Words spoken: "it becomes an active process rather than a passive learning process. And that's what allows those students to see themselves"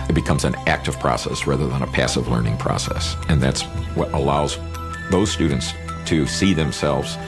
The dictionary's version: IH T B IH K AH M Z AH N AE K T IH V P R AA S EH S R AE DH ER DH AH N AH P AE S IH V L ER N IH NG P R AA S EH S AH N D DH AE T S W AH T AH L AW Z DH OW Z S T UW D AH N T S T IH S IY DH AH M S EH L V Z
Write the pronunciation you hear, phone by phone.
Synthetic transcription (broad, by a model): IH T B IH K AH M Z AH N AE K T IH V P R AA S EH S R AE DH ER DH AH N AH P AE S IH V L ER N IH NG P R AA S EH S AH N DH AE T S W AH T AH L AW Z DH OW Z S T UW D N T S T IH S IY DH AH M S EH L V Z